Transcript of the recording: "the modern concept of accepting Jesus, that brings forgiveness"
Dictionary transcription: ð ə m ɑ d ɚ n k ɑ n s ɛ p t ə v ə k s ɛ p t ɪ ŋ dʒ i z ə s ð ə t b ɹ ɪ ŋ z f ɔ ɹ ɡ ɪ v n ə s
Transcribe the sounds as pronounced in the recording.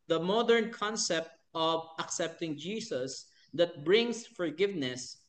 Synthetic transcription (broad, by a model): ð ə m ɑ d ɚ n k ɑ n s ɛ p t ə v ə k s ɛ p t ɪ ŋ dʒ i s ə s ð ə t b ɹ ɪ ŋ s f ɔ ɹ ɡ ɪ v n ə s